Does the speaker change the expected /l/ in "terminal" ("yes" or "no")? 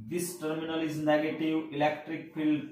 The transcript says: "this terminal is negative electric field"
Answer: no